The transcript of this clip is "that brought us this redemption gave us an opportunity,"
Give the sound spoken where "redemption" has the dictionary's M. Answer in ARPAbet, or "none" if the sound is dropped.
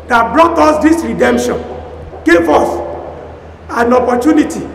M